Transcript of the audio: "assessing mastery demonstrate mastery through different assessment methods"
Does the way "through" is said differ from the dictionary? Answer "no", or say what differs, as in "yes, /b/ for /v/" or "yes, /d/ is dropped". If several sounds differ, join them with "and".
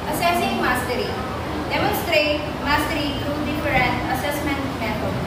yes, /t/ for /θ/